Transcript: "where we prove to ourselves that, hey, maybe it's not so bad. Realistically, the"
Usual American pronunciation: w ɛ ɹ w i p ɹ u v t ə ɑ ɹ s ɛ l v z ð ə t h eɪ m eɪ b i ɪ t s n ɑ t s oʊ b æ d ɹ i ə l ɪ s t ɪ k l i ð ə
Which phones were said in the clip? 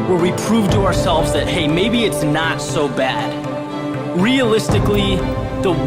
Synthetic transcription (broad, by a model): w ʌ ɹ w i p ɹ u v t ə ɑ ɹ s ɛ l v z ð ə t h eɪ m eɪ b i ɪ t s n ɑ t s oʊ b æ d ɹ i ə l ɪ s t ɪ k l i ð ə